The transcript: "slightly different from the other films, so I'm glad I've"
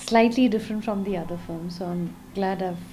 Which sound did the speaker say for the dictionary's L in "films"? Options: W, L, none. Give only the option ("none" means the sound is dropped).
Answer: none